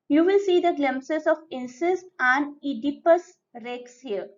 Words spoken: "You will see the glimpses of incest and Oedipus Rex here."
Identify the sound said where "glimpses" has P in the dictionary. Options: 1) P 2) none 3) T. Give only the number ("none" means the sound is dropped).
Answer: 2